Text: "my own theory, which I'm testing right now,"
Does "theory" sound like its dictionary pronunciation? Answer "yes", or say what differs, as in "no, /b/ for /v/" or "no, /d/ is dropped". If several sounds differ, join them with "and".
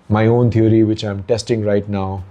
no, /t/ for /θ/